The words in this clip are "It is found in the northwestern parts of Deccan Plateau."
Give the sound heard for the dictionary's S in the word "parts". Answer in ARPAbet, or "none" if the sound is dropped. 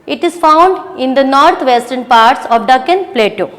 S